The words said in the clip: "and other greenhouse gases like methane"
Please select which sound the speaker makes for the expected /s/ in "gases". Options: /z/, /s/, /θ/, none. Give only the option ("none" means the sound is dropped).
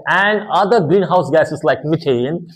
none